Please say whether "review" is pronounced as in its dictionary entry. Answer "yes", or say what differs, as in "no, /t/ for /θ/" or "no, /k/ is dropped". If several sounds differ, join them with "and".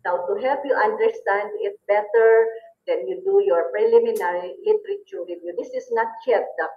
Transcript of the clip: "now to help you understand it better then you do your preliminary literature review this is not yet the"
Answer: no, /w/ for /ɹ/